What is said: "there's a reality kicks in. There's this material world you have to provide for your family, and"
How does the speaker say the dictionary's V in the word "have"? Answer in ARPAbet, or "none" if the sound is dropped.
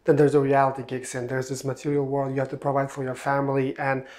F